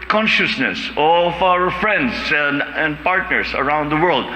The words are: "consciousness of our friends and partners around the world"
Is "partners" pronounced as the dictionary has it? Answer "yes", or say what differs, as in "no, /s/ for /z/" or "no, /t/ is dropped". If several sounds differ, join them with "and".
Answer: no, /s/ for /z/